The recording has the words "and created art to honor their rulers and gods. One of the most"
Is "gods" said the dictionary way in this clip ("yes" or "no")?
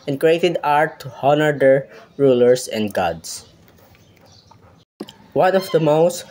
no